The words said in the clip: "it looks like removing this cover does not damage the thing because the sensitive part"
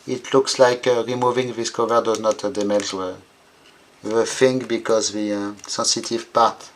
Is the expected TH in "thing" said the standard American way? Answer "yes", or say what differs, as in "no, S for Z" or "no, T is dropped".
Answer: no, F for TH